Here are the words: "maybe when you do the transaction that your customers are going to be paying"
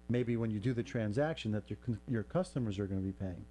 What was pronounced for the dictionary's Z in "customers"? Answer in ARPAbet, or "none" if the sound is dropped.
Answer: Z